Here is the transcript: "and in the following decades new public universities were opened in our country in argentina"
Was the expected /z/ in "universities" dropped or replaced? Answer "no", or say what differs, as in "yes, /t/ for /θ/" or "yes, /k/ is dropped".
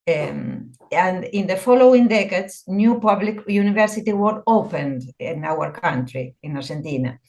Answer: yes, /z/ is dropped